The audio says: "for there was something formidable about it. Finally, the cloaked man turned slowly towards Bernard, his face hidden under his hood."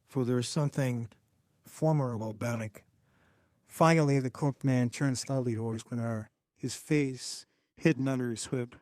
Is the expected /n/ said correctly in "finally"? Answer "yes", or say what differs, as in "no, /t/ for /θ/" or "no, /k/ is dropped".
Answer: no, /n/ is dropped